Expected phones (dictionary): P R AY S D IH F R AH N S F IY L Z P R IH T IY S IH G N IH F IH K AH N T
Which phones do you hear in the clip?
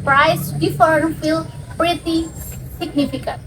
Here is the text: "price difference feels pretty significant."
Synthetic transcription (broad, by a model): P R AY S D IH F AH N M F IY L P R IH T IY S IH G N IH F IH K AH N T